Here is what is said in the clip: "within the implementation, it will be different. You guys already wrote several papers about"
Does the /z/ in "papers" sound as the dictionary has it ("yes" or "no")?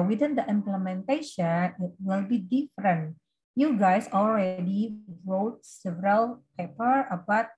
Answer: no